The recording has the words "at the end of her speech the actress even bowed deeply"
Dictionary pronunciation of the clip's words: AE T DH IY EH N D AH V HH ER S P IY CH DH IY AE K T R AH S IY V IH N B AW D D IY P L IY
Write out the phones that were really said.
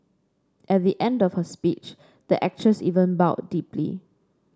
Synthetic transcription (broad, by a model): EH T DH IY EH N D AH F HH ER S P IY CH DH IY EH K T R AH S IY V IH N B AW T D IY P L IY